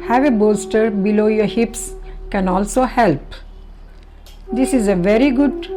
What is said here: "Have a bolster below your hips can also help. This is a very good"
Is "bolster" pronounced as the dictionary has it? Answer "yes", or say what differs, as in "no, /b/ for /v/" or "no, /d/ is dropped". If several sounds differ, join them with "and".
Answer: no, /l/ is dropped